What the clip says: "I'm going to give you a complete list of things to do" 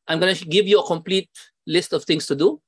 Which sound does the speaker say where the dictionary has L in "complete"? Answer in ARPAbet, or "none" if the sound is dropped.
L